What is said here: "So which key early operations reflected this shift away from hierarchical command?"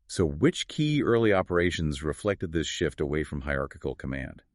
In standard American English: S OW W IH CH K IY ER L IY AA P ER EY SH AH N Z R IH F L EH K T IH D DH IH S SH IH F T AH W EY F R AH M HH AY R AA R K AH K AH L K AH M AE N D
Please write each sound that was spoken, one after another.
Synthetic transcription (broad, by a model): S OW W IH CH K IY ER L IY AA P ER EY SH AH N Z R IH F L EH K T IH D DH IH S SH IH F T AH W EY F R AH M HH AY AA R K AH K L K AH M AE N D